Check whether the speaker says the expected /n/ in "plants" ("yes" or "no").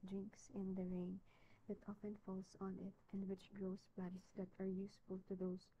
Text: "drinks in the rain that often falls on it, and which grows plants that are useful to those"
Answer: no